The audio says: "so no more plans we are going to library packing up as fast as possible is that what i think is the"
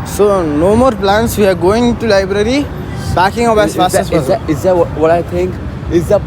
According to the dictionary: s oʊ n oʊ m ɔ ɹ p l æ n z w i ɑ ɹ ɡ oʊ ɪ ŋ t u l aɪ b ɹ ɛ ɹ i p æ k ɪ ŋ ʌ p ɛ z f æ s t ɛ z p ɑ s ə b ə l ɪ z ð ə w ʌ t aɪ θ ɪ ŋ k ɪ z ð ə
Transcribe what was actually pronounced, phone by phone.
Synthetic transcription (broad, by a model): s oʊ n oʊ m ɔ ɹ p l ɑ n s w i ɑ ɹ ɡ oʊ ɪ ŋ t u l aɪ b ɹ ɛ ɹ i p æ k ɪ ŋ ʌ b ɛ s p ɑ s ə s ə ɪ z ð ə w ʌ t aɪ t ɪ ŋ k ɪ z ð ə